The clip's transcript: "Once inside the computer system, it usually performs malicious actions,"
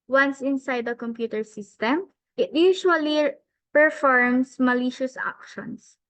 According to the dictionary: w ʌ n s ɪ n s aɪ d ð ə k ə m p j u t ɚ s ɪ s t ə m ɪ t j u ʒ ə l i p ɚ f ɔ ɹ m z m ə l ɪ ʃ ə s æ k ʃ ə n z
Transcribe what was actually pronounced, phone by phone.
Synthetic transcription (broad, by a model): w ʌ n s ɪ n s aɪ d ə k ə m p j u t ɚ s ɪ s t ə m ɪ t j u ʃ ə l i p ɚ f ɔ ɹ m s m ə l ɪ ʃ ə s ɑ k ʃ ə n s